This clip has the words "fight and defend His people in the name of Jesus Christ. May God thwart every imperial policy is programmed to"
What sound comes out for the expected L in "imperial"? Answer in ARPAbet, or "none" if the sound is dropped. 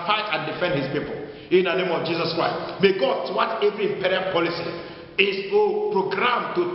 N